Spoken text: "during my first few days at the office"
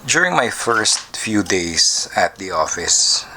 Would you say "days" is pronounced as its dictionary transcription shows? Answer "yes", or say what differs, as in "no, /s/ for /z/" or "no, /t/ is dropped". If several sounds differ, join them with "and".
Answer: no, /s/ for /z/